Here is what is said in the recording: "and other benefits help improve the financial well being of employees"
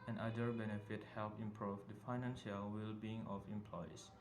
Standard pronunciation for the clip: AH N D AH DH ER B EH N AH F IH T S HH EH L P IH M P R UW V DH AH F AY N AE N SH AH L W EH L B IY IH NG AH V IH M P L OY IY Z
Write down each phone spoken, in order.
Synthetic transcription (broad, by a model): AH N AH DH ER B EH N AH F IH T HH EH L P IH M P R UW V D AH F AY N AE N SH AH L W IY L B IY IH NG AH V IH M P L OY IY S